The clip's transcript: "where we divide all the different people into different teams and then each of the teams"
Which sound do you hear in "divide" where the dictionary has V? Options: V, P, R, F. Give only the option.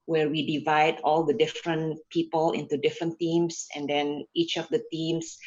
V